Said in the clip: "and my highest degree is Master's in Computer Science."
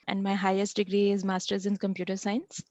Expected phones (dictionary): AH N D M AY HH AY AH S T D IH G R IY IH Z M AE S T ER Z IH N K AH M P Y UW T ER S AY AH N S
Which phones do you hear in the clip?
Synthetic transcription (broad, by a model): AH N D M AY HH AY AH S T D IH G R IY IH Z M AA S T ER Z IH N K AH M P Y UW T ER S AY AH N S